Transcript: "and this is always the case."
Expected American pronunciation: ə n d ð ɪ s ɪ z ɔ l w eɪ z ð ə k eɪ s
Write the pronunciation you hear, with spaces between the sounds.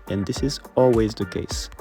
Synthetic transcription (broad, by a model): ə n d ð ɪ s ɪ z ɔ l w eɪ z ð ə k eɪ s